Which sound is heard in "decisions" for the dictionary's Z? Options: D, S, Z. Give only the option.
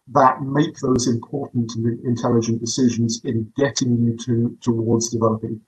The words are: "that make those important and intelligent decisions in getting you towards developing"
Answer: Z